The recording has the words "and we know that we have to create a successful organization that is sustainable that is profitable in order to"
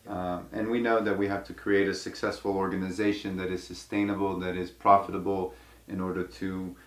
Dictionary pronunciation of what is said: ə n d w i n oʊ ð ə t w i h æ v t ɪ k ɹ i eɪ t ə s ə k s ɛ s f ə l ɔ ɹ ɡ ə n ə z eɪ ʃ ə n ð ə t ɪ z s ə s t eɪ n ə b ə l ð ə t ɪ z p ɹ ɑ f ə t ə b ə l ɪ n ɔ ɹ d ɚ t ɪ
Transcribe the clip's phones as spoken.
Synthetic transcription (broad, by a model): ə n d w i n oʊ ð ə t w i h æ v t ɪ k ɹ i eɪ t ə s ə k s ɛ s f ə l ɔ ɹ ɡ ə n ə z eɪ ʃ ə n ð ə t ɪ z s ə s t eɪ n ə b l ð ə t ɪ z p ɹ ɑ f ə t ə b l ɪ n ɔ ɹ d ɚ t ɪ